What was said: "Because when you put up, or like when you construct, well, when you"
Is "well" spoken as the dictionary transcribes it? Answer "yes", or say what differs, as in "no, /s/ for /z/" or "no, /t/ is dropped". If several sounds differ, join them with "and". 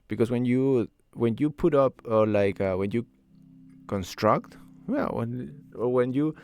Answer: no, /n/ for /l/